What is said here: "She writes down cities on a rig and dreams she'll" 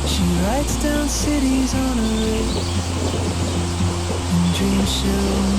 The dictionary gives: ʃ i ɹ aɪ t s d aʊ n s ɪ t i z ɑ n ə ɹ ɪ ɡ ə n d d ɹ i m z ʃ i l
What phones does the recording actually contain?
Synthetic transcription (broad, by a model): ʃ i ɹ aɪ t s d aʊ n s ɪ t i z n ə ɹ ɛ ə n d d ɹ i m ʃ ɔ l